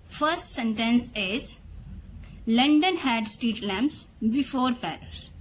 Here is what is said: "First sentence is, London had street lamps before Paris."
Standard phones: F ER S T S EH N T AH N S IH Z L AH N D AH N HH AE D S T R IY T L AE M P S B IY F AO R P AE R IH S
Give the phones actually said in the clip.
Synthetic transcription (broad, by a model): F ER S T S EH N T AH N S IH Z L AH N D AH N HH AE D S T IY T L AE M P S B IY F AO R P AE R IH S